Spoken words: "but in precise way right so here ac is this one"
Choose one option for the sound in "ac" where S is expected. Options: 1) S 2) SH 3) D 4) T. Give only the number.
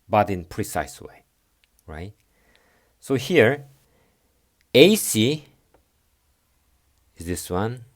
1